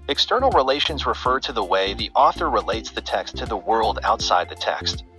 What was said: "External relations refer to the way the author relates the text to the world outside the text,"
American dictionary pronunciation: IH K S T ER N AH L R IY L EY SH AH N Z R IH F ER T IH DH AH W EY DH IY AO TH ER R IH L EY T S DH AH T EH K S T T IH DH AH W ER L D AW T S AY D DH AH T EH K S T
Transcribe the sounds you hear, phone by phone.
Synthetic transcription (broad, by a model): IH K S T ER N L R IY L EY SH AH N Z R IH F ER T IH DH AH W EY DH IY AO TH ER R IH L EY T S DH AH T EH K S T T IH DH AH W ER L D AW T S AY D DH AH T EH K S T